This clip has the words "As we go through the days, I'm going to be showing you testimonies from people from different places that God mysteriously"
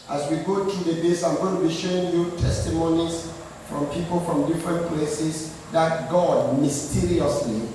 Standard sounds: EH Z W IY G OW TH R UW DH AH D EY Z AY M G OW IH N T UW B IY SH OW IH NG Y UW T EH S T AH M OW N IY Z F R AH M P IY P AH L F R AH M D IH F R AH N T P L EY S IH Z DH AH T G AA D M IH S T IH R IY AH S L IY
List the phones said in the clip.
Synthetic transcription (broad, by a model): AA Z W IY G OW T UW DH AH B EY S AY M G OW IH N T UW B IY SH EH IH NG Y UW T EH S T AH M OW N IY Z F R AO M P IY P AH L F R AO M D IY F R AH N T P L EY S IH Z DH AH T G AA D M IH S T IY R IY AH S L IY